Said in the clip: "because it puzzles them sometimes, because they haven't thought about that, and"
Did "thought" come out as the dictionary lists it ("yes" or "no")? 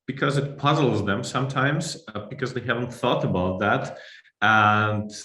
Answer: yes